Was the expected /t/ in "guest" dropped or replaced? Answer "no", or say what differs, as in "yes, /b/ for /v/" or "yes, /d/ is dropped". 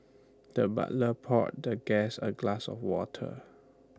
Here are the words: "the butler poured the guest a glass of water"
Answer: yes, /t/ is dropped